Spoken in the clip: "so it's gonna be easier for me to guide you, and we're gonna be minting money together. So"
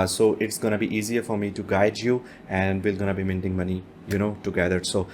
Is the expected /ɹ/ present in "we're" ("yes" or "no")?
no